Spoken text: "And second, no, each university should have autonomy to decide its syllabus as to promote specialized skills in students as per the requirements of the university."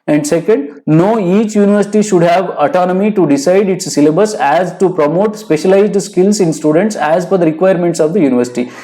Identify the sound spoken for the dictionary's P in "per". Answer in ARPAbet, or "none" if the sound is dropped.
F